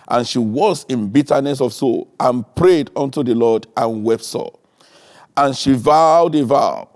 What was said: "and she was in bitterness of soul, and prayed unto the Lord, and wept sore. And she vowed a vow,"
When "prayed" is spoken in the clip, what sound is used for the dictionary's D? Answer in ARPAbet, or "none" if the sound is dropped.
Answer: D